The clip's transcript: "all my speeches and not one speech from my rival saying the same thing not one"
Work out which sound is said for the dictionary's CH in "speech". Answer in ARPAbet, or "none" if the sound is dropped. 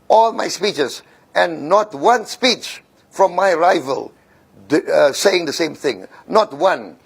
CH